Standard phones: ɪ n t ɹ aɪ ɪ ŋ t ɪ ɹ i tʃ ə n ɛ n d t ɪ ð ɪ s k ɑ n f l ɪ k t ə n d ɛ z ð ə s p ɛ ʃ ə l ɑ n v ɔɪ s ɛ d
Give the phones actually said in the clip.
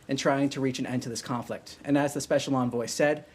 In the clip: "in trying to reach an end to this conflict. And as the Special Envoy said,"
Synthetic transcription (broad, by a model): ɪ n t ɹ aɪ ɪ ŋ t ɪ ɹ i tʃ ə n ɛ n t ɪ ð ɪ s k ɑ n f l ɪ k t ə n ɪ z ð ə s p ɛ ʃ l ɑ n v ɔɪ s ɛ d